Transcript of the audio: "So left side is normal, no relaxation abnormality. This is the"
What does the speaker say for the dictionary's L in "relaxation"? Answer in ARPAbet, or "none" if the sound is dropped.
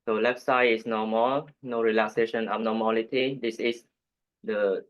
L